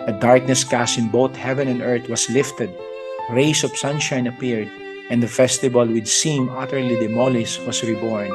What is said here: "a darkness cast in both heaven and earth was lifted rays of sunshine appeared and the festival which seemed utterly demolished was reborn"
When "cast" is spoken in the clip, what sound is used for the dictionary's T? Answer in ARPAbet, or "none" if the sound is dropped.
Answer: none